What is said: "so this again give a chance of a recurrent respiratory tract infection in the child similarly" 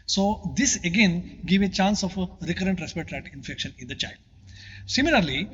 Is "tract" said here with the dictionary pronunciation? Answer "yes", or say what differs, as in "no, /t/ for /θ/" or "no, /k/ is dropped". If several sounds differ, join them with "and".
no, /k/ is dropped